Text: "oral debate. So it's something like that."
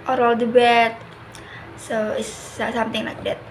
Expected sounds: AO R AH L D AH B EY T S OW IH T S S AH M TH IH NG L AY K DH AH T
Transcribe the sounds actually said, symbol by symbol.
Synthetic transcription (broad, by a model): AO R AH L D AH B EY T S OW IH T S S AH M T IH NG L AY K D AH T